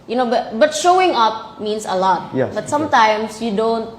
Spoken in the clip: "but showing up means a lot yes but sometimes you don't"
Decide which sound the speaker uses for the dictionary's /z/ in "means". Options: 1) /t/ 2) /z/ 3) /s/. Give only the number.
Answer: 3